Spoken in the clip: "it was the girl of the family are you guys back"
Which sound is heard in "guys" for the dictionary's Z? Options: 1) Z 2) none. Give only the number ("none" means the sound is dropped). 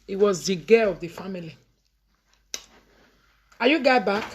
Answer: 2